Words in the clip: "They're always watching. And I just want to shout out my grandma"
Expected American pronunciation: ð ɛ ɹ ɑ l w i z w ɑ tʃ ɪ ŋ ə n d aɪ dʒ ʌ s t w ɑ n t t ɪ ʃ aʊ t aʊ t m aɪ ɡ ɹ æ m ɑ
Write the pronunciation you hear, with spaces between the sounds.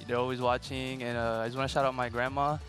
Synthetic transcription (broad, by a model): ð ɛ ɹ ɑ l w i z w ɑ tʃ ɪ ŋ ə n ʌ aɪ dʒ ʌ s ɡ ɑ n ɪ ʃ aʊ t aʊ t m aɪ ɡ ɹ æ m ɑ